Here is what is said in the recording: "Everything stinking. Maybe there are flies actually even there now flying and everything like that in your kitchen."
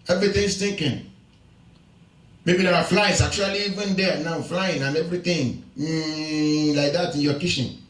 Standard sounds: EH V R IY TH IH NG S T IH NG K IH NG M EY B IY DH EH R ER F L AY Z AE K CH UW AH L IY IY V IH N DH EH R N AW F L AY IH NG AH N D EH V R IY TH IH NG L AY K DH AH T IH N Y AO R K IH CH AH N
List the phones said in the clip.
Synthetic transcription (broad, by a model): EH V R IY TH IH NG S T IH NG K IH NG M EY B IY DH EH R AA F L AY S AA K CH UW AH L IY IY V IH N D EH N AW F L AY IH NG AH N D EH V R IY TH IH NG L AY K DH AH T IH N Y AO K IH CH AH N